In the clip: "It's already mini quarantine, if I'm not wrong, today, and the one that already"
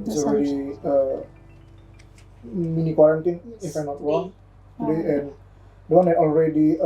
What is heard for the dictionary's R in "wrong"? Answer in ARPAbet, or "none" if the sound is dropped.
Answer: W